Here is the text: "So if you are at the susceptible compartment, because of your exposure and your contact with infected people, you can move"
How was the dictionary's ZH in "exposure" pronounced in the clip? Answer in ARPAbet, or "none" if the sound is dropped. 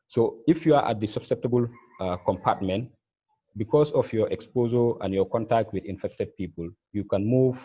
Z